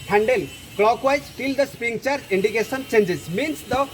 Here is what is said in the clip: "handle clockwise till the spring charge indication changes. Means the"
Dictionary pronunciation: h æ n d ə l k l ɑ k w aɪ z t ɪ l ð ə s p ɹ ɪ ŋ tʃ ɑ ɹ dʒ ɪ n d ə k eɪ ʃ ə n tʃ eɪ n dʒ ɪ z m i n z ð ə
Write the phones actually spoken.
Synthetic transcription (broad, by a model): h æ n d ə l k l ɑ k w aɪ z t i l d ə s p i ŋ tʃ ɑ ɹ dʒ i n d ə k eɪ s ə n tʃ eɪ n dʒ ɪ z m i n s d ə